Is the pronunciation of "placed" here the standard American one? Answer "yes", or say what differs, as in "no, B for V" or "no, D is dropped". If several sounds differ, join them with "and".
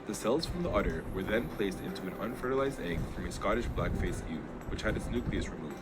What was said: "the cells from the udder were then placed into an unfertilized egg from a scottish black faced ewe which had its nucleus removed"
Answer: yes